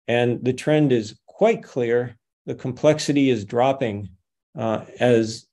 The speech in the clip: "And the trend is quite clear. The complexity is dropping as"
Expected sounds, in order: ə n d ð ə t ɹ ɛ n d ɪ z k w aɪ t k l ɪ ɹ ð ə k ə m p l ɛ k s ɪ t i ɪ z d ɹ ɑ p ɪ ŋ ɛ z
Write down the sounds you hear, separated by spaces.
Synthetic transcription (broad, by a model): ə n ð ə t ɹ ɛ n d ɪ z k w aɪ t k l ɪ ɹ ð ə k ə m p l ɛ k s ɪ t i ɪ z d ɹ ɑ p ɪ ŋ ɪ z